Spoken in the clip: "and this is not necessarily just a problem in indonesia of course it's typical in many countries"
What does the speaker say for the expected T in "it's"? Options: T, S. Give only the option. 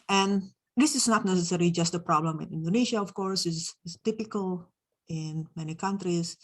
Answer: S